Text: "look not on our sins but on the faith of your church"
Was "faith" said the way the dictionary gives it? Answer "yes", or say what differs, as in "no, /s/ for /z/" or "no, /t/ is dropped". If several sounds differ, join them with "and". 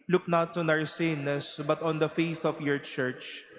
yes